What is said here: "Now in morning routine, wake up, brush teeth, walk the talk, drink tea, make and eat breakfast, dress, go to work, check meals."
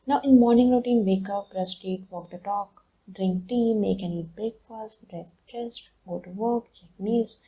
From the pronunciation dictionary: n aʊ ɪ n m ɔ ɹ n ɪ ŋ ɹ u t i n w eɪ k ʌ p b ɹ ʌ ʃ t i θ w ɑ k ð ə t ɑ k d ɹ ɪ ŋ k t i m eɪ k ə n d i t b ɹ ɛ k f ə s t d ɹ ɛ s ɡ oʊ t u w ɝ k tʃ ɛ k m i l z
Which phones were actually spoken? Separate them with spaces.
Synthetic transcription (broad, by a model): n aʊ ɪ n m ɔ ɹ n ɪ ŋ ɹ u t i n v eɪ k ʌ p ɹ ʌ s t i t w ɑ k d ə t ɑ k d ɹ ɪ ŋ k t i m eɪ k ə n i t b ɹ ɛ k f ə s t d ɹ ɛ s ɡ oʊ t u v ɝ k tʃ ɛ k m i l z